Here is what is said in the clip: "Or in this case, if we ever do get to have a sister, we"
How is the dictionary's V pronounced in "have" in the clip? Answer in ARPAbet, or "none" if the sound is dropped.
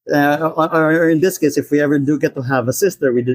V